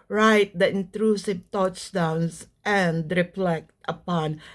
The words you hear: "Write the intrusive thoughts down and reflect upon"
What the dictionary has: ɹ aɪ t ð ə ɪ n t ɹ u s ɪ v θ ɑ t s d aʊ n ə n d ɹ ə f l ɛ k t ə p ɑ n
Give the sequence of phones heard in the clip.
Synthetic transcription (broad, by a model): ɹ aɪ t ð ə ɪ n t ɹ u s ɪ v t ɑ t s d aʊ n ə n d ɹ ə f l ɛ k t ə p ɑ n